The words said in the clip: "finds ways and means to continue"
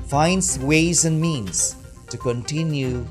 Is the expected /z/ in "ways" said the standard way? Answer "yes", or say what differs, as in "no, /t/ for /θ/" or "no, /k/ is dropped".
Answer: yes